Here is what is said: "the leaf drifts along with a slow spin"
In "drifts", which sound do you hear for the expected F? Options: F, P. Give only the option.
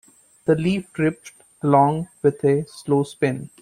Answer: P